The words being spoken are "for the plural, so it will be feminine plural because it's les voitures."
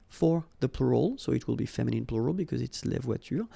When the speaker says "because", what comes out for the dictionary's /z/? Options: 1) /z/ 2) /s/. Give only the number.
1